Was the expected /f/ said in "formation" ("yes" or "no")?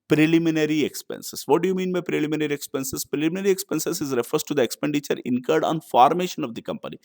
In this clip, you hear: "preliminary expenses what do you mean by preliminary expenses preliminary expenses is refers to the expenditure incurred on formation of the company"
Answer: yes